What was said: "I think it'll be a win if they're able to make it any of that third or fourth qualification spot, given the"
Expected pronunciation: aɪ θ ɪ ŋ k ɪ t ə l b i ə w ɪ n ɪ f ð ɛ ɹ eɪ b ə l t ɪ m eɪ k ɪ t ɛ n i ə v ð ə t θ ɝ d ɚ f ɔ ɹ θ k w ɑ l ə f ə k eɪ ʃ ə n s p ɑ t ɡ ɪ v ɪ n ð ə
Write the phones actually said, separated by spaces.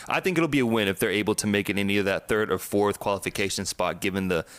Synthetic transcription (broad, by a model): aɪ θ ɪ ŋ k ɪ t l b i ə w ɪ n ɪ f ð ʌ ɹ eɪ b l t ɪ m eɪ k ɪ t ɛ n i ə ð ə t θ ɝ d ɚ f ɔ ɹ θ k w ɑ l ə f ə k eɪ ʃ ə n s p ɑ t ɡ ɪ v ɪ n ð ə